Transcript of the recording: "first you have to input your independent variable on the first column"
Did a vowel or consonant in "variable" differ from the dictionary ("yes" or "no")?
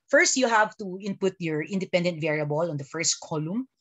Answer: no